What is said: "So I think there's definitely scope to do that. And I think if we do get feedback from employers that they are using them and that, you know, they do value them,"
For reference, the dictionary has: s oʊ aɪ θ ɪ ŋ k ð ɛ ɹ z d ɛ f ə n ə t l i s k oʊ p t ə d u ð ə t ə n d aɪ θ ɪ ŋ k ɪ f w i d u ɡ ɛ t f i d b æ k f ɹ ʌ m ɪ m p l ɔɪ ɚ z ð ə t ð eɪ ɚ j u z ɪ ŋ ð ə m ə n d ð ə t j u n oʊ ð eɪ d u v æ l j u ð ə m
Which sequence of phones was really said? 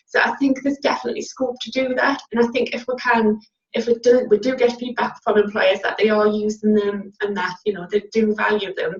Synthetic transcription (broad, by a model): s oʊ aɪ θ ɪ ŋ k ð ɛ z d ɛ f ə n ə t l i s k oʊ p t ə d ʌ ð ə t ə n aɪ θ ɪ ŋ k ɪ f w i d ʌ ɡ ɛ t p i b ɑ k f ɹ ʌ m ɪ m p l ɔɪ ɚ z ð ə t ð eɪ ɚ j u z ɪ ŋ ð ə m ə n ð ə t j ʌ n oʊ ð eɪ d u v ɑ l j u ð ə m